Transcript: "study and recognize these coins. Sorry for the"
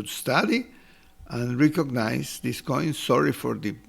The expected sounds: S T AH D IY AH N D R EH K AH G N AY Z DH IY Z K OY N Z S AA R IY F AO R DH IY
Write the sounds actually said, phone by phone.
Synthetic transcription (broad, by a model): S T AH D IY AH N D R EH K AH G N AY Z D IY S K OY N S AA R IY F AO R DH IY